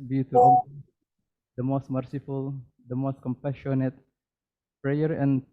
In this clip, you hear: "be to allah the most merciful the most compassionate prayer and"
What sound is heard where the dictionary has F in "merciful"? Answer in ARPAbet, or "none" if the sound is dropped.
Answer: F